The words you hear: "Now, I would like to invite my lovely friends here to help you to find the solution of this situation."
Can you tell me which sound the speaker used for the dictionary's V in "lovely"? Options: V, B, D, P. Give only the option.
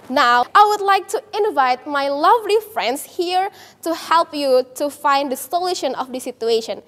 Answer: V